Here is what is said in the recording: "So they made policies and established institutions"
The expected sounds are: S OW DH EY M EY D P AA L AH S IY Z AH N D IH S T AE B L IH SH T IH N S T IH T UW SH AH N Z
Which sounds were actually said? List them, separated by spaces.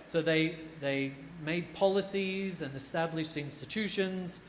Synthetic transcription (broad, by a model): S OW DH EY M EY D P AA L AH S IY Z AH N IH S T AE B L IH SH T IH N S T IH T UW SH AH N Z